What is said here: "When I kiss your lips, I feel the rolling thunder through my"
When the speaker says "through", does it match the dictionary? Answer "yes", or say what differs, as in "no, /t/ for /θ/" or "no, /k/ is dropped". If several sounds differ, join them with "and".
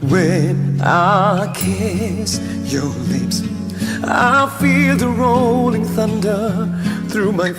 yes